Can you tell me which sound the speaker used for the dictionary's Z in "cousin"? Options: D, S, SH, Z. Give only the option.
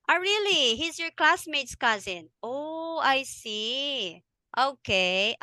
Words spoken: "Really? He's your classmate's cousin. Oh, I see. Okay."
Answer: Z